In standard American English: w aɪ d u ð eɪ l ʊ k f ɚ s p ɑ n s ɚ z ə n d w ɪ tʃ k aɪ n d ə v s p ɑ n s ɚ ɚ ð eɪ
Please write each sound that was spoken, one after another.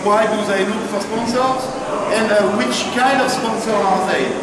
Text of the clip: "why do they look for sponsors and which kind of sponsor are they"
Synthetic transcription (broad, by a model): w aɪ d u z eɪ n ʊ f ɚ s p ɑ n s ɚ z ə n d w ɪ tʃ k aɪ n d ə v s p ɑ n s ɚ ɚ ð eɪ